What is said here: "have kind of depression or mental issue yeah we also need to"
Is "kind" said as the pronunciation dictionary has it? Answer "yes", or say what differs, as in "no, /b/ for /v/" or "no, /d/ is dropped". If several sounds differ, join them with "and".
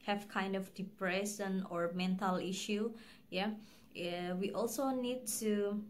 yes